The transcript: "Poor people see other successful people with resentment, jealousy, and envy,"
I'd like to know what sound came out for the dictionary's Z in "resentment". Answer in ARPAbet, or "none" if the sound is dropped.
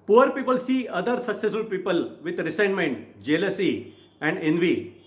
S